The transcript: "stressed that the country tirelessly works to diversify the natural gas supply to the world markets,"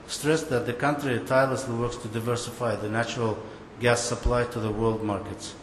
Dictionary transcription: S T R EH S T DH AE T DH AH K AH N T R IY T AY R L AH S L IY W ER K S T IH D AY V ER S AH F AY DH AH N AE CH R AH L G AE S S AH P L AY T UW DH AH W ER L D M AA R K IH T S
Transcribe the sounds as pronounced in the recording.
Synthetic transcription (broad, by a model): S T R EH S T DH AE T DH AH K AH N T R IY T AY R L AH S L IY W ER K S T IH D AY V ER S AH F AY DH AH N AE CH R AH L G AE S S AH P L AY T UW DH AH W ER L D M AA R K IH T S